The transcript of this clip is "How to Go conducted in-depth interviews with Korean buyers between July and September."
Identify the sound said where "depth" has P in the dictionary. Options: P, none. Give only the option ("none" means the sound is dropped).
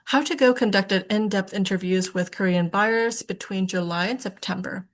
P